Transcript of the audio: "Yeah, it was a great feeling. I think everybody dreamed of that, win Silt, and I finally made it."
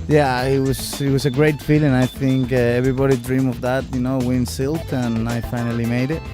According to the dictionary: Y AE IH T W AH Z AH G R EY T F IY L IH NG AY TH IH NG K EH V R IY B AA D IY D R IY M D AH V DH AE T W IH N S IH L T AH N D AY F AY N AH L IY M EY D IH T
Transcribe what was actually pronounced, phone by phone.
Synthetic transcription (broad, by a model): Y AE IH T W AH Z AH G R EY T F IY L IH NG AY TH IH NG K EH V R IY B AA D IY D R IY M AH V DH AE T W IH N S IH L T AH N AY F AY N AH L IY M EY D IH T